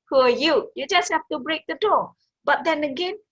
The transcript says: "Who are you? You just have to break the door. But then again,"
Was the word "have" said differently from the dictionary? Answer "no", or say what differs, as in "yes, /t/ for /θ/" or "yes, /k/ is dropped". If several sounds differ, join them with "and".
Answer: yes, /f/ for /v/